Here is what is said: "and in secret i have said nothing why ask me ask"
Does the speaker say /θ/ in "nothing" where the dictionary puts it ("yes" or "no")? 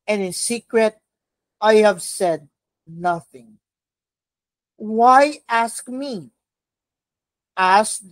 yes